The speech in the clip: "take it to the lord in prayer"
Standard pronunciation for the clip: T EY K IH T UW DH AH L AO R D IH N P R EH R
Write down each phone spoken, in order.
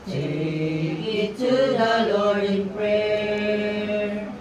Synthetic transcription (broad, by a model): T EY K IH T UW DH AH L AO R IH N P R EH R